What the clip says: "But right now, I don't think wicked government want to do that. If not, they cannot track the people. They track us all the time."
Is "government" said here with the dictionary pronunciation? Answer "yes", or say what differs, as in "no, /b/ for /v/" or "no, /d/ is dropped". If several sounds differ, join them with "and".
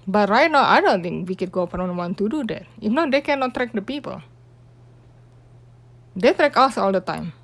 no, /p/ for /v/